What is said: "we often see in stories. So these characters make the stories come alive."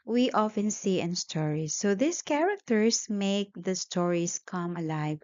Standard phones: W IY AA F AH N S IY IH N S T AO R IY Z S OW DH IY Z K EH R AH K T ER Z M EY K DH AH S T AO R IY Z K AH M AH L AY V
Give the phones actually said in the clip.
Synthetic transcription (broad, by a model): W IY AA F AH N S IY IH N S T AO R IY S OW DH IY S K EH R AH K T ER S M EY K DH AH S T AO R IY S K AH M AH L AY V